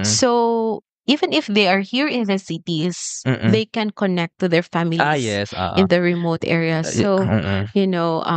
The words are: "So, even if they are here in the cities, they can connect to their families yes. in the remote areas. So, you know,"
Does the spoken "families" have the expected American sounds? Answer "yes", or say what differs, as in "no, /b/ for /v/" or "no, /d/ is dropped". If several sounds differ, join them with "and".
no, /l/ is dropped